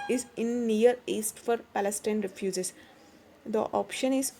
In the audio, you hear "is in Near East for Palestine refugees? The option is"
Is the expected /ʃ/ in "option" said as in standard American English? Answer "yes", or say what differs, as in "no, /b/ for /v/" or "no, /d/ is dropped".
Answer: yes